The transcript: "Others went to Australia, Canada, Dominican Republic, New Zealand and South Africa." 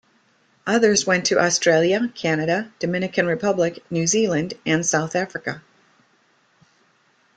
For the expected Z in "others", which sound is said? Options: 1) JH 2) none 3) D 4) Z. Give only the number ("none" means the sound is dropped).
4